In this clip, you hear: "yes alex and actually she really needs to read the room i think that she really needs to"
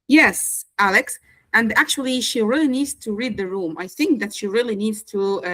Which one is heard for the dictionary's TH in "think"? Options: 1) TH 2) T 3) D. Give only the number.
1